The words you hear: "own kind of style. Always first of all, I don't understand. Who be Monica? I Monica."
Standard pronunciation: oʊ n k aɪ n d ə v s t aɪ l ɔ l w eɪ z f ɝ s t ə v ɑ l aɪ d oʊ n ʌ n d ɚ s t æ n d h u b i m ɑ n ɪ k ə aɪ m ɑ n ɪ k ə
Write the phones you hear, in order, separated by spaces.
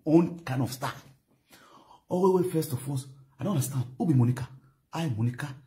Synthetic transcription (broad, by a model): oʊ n k aɪ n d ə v s t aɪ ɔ w w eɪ f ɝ s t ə f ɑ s aɪ d oʊ n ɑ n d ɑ s t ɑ n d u b i m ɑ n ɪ k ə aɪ m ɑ n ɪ k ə